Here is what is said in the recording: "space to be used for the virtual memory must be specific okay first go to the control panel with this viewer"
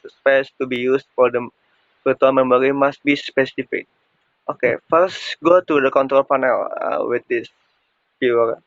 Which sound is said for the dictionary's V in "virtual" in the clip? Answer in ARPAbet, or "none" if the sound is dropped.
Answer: P